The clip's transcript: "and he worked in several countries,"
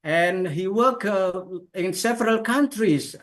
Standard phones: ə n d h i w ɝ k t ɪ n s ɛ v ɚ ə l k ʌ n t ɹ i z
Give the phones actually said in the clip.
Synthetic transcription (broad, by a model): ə n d h i w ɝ k ɪ n s ɛ v ɚ ə l k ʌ n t ɹ i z